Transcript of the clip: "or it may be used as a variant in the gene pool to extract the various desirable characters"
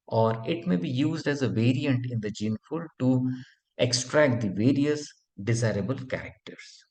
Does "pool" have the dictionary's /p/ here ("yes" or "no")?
no